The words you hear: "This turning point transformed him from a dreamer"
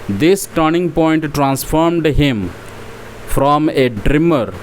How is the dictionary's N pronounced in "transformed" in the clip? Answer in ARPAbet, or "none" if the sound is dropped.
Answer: N